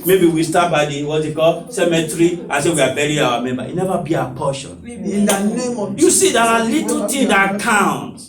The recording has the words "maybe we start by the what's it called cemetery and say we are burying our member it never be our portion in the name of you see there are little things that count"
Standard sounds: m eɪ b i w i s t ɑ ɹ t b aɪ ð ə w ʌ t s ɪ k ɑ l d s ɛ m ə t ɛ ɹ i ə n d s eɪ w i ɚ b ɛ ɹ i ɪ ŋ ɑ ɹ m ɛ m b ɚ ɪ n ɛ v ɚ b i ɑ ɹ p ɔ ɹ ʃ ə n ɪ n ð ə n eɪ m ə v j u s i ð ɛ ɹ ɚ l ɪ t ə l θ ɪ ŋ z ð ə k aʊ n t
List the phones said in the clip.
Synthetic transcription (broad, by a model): m eɪ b i w i s t ɑ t b aɪ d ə w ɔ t ɪ k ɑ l s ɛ m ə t ɹ i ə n s eɪ w i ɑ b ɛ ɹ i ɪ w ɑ m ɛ m b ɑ ɪ n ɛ v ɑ b i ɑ p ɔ ʃ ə n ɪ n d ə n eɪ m j u s i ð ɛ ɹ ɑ l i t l t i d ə k aʊ n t